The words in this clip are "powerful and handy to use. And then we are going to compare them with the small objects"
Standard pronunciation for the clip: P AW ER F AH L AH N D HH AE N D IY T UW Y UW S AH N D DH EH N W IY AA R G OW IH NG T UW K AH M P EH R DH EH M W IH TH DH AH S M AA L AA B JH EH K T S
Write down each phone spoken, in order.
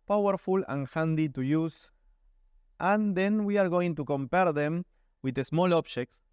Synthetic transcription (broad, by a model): P AW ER F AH L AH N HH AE N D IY T UW Y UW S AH N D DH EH N W IY AA R G OW IH NG T UW K AH M P EH R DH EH M W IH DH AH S M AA L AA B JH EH K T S